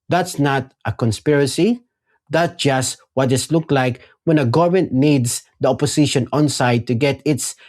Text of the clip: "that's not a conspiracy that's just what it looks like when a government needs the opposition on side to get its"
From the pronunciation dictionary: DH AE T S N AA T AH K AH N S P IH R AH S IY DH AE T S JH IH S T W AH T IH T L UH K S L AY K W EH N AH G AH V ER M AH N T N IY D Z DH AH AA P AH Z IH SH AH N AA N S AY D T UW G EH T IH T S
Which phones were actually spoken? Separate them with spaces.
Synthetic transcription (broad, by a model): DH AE T S N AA T AH K AH N S P IH R AH S IY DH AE T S JH IH S T W AH T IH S L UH K L AY K W EH N AH G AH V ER M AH N T N IY D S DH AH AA P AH S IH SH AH N AA N S AY D T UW G EH T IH T S